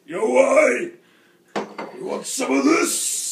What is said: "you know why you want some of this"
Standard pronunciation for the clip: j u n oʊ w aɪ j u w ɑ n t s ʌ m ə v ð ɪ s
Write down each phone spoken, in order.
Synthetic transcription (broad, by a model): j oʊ w aɪ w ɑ t s ʌ m ə v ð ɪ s